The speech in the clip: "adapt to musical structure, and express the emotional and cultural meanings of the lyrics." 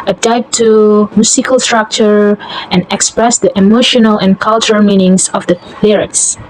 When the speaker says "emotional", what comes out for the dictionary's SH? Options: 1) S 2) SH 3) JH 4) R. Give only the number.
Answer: 2